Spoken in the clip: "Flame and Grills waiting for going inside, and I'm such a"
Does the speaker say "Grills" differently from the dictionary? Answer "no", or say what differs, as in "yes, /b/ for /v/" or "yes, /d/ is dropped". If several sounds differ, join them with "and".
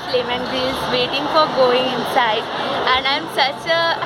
yes, /l/ is dropped